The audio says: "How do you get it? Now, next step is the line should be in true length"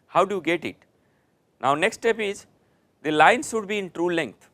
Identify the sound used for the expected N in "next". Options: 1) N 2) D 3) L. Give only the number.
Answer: 1